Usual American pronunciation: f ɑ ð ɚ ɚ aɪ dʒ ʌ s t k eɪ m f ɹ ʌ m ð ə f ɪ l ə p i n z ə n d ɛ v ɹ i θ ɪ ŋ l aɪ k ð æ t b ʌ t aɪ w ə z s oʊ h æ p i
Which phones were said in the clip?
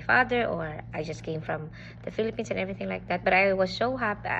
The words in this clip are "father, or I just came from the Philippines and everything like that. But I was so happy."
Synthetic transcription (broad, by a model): f ɑ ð ɚ ɚ aɪ dʒ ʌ s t k eɪ m f ɹ ʌ m ð ə f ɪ l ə p i n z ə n ɛ v ɹ i θ ɪ ŋ l aɪ k ð æ t b ʌ t aɪ w ə z s oʊ h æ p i